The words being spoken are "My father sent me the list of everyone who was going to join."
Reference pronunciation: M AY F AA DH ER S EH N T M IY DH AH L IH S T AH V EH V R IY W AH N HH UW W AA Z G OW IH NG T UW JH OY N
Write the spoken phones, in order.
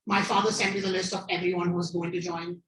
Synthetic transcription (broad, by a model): M AY F AA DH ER S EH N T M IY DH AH L IH S T AH V EH V R IY W AH N HH UW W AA Z G OW IH NG T UW JH OY N